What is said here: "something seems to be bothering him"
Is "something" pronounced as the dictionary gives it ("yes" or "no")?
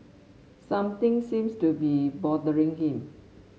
no